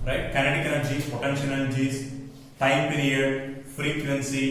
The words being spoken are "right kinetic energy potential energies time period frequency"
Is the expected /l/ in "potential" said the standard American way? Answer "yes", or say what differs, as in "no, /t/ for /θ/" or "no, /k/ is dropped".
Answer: no, /n/ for /l/